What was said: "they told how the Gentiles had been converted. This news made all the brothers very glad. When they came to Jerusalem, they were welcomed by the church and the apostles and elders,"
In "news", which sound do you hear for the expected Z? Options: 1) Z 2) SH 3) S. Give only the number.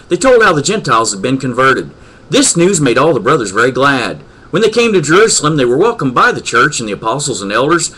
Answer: 1